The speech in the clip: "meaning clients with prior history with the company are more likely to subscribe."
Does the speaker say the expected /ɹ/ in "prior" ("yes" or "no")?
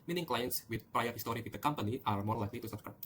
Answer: yes